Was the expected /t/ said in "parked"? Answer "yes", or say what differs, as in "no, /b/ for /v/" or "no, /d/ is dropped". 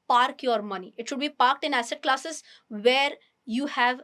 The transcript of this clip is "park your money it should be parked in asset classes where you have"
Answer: yes